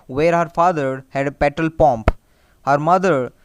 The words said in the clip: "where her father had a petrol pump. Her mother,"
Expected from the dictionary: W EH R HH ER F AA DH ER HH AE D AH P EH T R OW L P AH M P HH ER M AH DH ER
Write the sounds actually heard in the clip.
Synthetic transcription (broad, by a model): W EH R HH ER F AA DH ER HH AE D AH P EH T OW L P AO M P HH ER M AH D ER